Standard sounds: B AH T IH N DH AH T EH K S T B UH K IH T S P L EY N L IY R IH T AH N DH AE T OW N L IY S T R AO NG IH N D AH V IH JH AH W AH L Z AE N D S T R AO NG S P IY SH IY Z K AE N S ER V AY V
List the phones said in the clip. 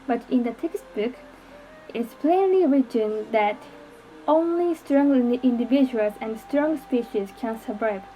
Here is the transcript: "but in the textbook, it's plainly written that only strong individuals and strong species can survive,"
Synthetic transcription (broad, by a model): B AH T IH N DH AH T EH K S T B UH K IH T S P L EY N L IY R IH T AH N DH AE T OW N L IY S T R AO NG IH N D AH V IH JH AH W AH L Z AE N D S T R AO NG S P IY SH IY Z K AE N S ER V AY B